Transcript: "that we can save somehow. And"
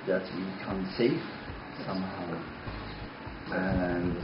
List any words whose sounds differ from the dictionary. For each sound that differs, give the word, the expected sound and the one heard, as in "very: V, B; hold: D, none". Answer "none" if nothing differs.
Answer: save: V, F